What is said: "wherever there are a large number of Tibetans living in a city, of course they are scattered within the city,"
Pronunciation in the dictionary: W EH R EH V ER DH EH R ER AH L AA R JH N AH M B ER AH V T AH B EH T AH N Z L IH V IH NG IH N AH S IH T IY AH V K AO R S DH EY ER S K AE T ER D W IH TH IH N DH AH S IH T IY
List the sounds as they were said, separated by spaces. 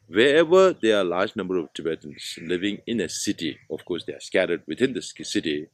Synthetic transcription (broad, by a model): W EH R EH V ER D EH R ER AH L AA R JH N AH M B ER AH V T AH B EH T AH N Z L IH V IH NG IH N AH S IH T IY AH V K AO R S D EY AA S K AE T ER D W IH T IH N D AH S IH T IY